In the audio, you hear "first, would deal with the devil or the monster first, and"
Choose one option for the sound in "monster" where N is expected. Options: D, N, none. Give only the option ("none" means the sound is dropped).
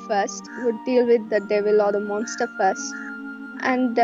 N